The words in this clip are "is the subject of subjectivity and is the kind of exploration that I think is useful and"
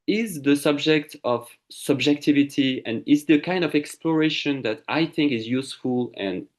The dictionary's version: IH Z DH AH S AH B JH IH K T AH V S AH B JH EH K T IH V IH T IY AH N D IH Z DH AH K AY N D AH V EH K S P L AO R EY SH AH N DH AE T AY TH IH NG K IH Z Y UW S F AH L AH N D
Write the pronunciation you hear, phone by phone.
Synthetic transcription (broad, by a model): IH Z DH AH S AH B JH IH K T AH V S AH B JH EH K T IH V IH T IY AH N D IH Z DH AH K AY N D AH V EH K S P L AO R EY SH AH N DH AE T AY TH IH NG K IH Z Y UW S F AH L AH N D